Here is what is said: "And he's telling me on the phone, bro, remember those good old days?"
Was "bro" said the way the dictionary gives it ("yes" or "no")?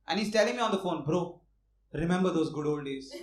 yes